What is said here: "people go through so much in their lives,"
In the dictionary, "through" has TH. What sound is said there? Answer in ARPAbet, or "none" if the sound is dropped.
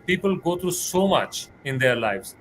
T